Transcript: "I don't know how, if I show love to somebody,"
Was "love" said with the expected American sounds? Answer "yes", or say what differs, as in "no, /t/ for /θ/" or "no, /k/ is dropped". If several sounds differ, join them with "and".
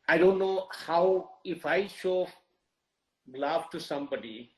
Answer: no, /f/ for /v/